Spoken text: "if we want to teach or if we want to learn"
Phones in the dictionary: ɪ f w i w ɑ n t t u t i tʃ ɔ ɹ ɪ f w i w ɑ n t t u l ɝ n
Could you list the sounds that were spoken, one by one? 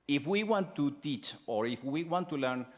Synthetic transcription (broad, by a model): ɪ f w i w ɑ n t t u t i tʃ ɔ ɹ ɪ f w i w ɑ n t t u l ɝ n